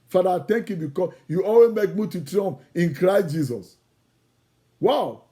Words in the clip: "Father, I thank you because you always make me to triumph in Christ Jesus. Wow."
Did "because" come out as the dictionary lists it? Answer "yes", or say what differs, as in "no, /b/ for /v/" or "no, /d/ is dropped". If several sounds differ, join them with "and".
no, /z/ is dropped